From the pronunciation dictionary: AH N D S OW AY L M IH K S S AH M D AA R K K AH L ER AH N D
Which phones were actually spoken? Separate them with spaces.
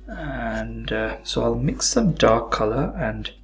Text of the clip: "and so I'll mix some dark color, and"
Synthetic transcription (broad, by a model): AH N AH S OW AY L M IH K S S AH M D AA R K K AH L ER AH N